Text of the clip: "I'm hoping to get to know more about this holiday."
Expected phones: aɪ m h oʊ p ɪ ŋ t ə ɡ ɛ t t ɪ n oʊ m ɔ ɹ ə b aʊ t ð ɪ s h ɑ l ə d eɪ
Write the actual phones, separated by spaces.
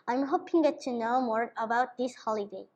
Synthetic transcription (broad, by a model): aɪ m h oʊ p ɪ ŋ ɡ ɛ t t ɪ n oʊ m ɔ ɹ ə b aʊ t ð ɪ s h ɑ l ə d eɪ